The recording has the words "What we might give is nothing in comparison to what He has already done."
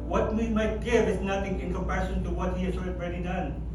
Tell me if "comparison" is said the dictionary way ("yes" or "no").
no